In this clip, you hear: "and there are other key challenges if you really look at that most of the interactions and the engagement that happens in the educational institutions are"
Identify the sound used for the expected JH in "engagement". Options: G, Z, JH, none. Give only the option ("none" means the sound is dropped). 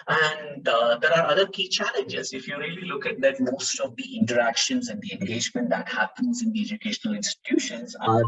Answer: JH